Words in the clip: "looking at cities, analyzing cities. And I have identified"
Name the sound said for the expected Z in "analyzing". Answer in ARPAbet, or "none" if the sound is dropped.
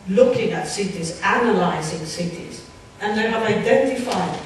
Z